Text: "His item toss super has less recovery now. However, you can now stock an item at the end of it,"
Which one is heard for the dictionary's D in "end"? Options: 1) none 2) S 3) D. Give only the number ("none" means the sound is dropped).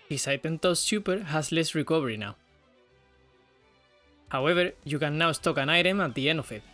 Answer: 1